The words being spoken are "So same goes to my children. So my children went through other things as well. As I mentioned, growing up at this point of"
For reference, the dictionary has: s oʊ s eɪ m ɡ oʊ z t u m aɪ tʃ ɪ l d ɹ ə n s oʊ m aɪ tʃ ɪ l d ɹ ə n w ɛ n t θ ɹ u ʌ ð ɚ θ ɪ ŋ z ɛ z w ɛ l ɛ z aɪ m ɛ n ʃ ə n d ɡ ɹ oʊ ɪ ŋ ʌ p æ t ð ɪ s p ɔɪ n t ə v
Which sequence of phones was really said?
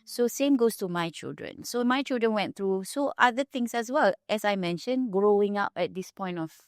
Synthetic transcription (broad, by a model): s oʊ s eɪ m ɡ oʊ s t u m aɪ tʃ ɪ l d ɹ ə n s oʊ m aɪ tʃ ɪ l d ɹ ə n w ɛ n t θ ɹ u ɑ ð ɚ t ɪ ŋ s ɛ s w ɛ l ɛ s aɪ m ɛ n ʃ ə n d ɡ ɹ oʊ ɪ ŋ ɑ p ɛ t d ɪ s p ɔɪ n t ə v